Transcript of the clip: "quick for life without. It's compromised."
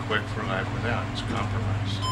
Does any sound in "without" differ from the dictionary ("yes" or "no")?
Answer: yes